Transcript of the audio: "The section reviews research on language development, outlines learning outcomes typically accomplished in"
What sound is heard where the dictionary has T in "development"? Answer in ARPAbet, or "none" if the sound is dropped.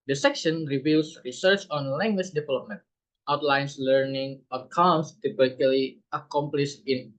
T